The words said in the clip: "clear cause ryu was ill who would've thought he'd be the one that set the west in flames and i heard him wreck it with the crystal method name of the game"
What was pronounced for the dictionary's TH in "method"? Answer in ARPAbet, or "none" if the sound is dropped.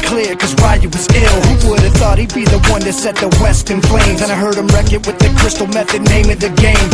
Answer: TH